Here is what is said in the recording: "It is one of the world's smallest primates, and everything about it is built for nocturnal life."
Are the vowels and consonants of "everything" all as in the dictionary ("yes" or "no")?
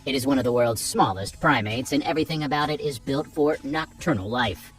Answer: yes